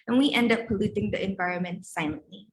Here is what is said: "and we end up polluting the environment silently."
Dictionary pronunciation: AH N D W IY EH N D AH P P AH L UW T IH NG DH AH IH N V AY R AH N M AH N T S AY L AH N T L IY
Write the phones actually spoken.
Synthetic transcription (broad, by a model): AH N W IY EH N D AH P P AH L UW T IH NG DH AH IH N V AY R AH N M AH N T S AY L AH N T L IY